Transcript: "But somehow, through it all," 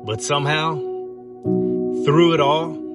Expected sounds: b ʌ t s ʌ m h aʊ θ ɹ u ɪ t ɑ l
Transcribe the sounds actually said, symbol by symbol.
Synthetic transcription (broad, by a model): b ʌ t s ʌ m h aʊ θ ɹ u ɪ t ɑ l